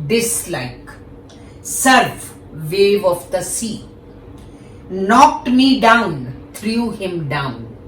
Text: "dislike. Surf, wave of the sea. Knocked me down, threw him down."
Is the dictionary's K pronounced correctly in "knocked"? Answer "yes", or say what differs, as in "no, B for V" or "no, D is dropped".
yes